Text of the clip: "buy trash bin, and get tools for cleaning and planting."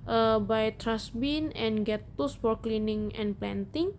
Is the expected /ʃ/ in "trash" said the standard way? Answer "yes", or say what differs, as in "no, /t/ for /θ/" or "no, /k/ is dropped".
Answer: no, /s/ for /ʃ/